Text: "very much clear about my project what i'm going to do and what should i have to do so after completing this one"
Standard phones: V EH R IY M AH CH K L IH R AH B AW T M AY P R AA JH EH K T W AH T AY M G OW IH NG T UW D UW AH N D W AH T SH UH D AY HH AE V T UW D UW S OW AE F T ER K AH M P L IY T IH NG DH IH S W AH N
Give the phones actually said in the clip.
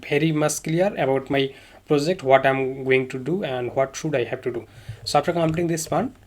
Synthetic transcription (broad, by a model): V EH R IY M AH S K L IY R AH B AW T M AY P R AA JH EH K T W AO T AY M G OW IH NG T UW D UW AH N D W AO T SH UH D AY HH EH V T UW D UW S OW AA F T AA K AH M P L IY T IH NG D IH S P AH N